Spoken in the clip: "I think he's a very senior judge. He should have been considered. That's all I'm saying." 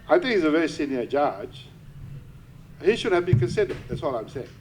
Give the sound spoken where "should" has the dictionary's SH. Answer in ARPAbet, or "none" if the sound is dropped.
SH